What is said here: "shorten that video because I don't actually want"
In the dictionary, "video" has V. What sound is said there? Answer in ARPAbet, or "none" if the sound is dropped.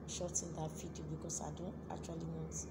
F